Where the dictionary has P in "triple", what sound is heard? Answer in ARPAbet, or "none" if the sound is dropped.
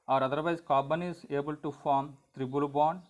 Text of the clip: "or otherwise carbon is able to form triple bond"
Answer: B